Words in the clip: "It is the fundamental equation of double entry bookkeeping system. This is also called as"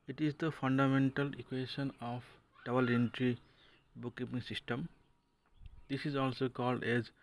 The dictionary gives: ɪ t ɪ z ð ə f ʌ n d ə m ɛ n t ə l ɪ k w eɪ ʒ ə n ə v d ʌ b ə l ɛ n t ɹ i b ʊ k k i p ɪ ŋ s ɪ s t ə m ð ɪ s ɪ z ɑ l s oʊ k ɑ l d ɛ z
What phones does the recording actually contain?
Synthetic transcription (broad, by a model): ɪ t ɪ z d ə f ʌ n d ə m ɛ n t ə l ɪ k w eɪ ʃ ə n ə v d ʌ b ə l ɛ n t ɹ i b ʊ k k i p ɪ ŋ s ɪ s t ə m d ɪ s ɪ z ɑ l s oʊ k ɑ l d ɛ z